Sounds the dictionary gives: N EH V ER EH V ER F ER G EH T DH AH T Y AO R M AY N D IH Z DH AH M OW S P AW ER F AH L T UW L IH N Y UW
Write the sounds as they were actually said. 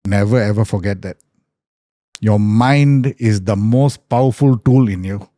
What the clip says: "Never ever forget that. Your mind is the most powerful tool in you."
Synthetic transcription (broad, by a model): N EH V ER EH V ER F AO G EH T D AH T Y AO M AY N D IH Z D AH M OW S P AW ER F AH L T UW L IH N Y UW